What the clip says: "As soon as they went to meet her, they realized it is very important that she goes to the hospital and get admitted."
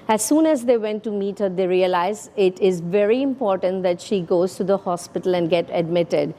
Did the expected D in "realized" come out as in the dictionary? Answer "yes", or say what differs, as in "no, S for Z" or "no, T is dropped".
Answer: no, D is dropped